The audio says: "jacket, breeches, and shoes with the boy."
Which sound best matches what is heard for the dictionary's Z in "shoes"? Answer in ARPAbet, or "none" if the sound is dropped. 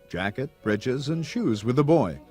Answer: Z